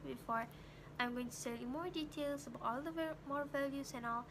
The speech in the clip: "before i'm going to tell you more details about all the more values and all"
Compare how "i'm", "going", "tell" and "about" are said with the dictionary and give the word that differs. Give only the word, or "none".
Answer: tell